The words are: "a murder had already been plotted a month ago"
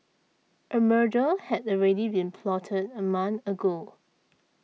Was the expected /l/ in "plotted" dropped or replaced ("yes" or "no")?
no